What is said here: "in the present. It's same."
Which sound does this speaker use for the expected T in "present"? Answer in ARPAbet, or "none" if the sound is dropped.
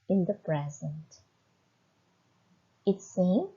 T